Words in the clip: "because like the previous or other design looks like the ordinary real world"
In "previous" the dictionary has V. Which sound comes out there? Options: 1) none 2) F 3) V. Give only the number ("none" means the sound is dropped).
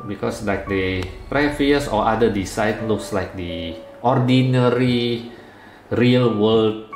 2